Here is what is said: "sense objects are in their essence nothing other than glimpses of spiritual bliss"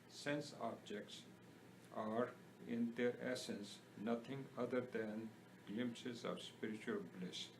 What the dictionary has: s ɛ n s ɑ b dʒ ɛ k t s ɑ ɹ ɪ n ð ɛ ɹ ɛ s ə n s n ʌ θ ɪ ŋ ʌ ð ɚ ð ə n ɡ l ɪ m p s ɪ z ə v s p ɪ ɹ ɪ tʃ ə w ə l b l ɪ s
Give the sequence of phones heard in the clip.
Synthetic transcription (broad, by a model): s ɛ n s ɑ b dʒ ɛ k t s ɑ ɹ ɪ n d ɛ ɹ ɛ s ə n s n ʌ t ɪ ŋ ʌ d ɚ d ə n ɡ l ɪ m p s ɪ z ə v s p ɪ ɹ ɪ tʃ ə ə l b l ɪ s